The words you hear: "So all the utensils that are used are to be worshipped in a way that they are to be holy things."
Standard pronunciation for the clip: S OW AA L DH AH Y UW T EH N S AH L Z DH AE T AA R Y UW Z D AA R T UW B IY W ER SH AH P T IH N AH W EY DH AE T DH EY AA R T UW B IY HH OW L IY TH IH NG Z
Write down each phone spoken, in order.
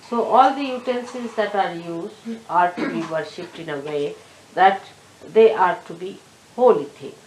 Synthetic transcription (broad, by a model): S OW AA L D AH Y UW T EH N S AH Z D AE T AA R Y UW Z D AA R T UW B IY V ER SH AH P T IH N AH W EY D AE T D EY AA R T UW B IY HH OW L IY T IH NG